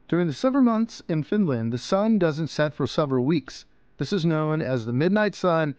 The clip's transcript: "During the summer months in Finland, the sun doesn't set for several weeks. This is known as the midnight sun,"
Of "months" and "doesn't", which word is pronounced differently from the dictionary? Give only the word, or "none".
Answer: none